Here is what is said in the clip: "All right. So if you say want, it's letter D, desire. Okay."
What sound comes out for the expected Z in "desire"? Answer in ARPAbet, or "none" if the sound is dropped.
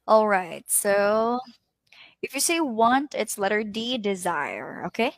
Z